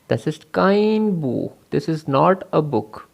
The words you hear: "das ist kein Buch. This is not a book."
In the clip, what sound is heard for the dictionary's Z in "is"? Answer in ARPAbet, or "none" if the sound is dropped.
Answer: Z